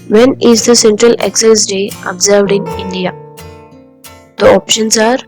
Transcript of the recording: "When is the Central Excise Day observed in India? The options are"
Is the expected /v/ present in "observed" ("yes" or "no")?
yes